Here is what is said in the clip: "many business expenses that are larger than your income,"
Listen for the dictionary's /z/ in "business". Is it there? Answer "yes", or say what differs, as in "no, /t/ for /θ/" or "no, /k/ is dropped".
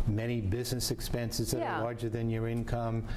yes